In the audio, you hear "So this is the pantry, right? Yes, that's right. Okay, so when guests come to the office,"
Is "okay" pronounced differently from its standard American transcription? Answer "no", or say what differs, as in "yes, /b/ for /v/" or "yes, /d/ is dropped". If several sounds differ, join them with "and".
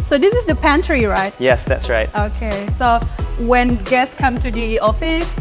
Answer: no